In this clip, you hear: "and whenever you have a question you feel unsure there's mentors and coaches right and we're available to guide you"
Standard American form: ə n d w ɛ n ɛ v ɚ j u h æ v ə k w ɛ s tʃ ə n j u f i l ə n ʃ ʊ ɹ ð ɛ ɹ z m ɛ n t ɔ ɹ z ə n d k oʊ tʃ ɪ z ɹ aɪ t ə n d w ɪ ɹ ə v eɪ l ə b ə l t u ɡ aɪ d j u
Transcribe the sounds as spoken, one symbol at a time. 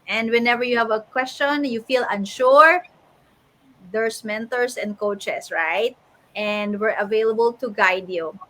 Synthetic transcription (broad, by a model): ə n d w ɛ n ɛ v ɚ j u h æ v ə k w ɛ s tʃ ə n j u f i l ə n ʃ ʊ ɹ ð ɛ ɹ s m ɛ n t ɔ ɹ s ə n d k oʊ tʃ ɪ s ɹ aɪ t ə n d w ɪ ɹ ə v eɪ l ə b ə l t u ɡ aɪ d j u